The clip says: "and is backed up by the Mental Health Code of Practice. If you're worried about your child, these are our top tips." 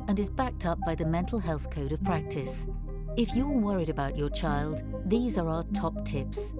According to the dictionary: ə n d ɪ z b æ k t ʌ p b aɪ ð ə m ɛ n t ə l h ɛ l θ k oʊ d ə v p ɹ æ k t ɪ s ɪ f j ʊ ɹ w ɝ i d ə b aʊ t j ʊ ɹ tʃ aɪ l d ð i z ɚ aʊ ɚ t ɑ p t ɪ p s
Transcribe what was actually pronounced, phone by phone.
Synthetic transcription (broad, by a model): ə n ɪ z b æ k t ʌ p b aɪ ð ə m ɛ n t l h ɛ l θ k oʊ d ə v p ɹ æ k t ɪ s ɪ f j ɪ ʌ w ɝ i d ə b aʊ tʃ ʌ ɹ tʃ aɪ l d ð i z ɚ aʊ ɚ t ɑ p t ɪ p s